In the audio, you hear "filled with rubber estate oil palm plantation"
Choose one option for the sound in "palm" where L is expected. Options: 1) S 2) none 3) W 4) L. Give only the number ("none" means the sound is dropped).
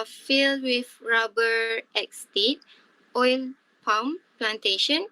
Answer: 3